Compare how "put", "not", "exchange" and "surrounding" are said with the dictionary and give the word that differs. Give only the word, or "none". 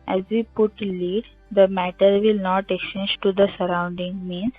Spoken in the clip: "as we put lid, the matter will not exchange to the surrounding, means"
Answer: exchange